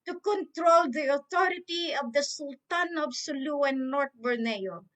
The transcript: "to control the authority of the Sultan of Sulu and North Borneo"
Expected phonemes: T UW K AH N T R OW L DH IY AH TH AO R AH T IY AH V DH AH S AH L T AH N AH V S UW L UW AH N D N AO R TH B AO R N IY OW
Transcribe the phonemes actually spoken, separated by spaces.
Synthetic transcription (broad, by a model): T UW K AH N T R OW L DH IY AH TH AO R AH T IY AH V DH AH S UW L T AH N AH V S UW L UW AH N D N AO R T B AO R N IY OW